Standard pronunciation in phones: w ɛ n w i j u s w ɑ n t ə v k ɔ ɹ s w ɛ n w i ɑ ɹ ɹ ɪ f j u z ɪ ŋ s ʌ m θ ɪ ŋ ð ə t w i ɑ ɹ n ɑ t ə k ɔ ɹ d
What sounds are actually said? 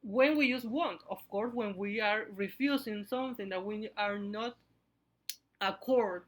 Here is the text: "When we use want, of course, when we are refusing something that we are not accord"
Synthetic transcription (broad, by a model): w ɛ n w i j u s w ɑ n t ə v k ɔ ɹ s w ɛ n w i ɑ ɹ ɹ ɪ f j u s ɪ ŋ s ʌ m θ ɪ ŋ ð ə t w i ɑ ɹ n ɑ t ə k ɔ ɹ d